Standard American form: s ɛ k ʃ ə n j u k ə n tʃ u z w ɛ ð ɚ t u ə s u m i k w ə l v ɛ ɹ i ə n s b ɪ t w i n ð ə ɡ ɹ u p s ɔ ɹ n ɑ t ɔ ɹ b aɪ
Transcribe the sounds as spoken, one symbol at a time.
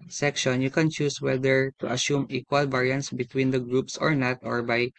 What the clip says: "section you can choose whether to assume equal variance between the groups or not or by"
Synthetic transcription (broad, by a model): s ɛ k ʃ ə n j u k ə n tʃ u s w ɛ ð ɚ t u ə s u m i k w ə l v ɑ ɹ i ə n s b ɪ t w i n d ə ɡ ɹ u p s ɔ ɹ n ɑ t ɔ ɹ b aɪ